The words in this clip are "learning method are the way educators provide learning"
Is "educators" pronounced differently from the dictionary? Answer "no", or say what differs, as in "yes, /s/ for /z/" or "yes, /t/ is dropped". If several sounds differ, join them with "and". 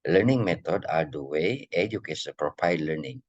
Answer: yes, /s/ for /t/ and /z/ is dropped